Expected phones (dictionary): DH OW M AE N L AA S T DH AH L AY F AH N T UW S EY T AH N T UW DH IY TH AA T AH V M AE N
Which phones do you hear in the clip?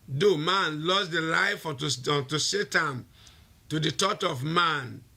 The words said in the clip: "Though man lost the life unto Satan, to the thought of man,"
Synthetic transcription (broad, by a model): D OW M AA N L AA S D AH L AY F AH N T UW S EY T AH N T UW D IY T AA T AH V M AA N